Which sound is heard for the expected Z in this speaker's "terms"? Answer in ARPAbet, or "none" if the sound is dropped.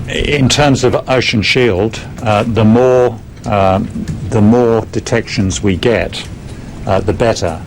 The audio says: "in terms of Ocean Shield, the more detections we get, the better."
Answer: Z